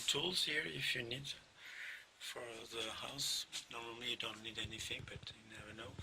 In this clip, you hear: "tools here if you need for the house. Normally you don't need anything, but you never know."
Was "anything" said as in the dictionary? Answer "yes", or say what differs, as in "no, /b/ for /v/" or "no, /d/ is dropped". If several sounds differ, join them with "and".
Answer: yes